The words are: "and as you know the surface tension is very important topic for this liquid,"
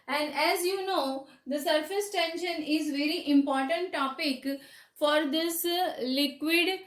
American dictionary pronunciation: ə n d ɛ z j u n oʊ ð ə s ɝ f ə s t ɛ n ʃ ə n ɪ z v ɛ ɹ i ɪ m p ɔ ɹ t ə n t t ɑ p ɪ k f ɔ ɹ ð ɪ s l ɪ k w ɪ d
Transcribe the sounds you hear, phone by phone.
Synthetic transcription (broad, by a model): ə n d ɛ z j u n oʊ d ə s ɝ f ə s t ɛ n ʃ ə n ɪ z v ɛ ɹ i ɪ m p ɔ ɹ t ə n t t ɑ p ɪ k f ɔ ɹ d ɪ s l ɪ k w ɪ d